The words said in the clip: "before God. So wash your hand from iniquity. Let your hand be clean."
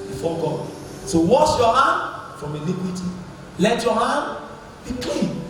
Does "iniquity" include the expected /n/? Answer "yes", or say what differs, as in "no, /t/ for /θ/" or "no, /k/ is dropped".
no, /l/ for /n/